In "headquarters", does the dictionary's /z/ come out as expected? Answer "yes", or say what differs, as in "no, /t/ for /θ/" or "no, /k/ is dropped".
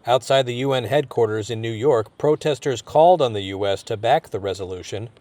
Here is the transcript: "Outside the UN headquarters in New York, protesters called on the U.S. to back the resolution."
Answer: yes